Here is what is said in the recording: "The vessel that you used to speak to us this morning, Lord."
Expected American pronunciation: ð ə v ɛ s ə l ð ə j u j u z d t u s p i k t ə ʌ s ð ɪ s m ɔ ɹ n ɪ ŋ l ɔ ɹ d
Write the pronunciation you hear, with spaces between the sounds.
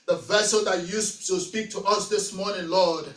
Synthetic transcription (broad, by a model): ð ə v ɛ s ə l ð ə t j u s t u s p i k t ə ʌ s ð ɪ s m ɔ ɹ n ɪ ŋ l ɔ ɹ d